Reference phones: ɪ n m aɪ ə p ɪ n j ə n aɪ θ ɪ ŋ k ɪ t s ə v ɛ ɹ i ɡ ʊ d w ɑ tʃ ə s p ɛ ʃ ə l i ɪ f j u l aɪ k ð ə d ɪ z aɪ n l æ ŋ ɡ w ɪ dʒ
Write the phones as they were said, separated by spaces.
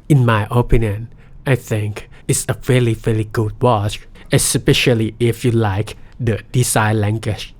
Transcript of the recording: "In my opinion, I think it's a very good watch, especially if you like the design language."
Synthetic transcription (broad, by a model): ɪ n m aɪ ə p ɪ n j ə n aɪ θ ɪ ŋ k ɪ t s ə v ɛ l i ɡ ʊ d w ɑ tʃ ə s p ɛ ʃ ə l i ɪ f j u l aɪ k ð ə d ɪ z aɪ l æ ŋ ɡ w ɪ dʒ